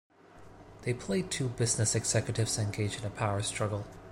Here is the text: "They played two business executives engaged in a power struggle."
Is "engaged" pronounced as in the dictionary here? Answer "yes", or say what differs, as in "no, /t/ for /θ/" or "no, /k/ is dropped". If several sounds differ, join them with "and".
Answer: no, /d/ is dropped